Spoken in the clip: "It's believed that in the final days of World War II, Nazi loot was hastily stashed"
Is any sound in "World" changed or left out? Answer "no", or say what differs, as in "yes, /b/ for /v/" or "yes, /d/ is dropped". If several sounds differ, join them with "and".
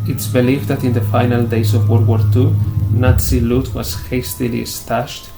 yes, /l/ is dropped